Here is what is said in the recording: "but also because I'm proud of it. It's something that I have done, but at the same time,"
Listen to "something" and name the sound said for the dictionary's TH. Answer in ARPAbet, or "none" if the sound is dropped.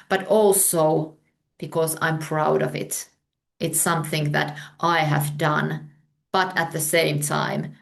TH